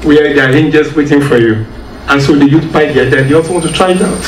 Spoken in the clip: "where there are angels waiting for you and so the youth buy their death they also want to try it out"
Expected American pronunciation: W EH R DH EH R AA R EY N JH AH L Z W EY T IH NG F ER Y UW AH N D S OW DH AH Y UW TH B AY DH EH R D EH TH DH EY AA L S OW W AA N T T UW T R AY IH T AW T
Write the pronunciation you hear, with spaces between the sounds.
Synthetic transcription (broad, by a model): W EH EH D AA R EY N JH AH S W EY T IH NG F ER Y UW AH N S OW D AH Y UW T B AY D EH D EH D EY AA L S OW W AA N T T UW T R AY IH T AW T